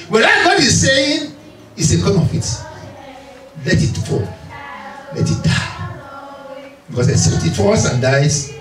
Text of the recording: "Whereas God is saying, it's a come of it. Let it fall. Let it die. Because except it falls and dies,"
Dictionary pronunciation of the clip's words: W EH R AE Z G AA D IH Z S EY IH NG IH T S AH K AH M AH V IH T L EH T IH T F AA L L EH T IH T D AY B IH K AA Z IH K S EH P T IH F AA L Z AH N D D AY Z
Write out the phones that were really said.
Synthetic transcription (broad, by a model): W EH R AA G AA D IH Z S EY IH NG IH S AH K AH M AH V IH T L EH T IH T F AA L L EH T IH T D AY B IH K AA S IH S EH T IH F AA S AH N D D AY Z